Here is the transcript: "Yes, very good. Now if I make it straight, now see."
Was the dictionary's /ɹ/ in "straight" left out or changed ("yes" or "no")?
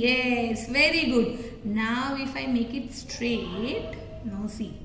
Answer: no